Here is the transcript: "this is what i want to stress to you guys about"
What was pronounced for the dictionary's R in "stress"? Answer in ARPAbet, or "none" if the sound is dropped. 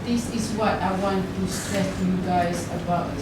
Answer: none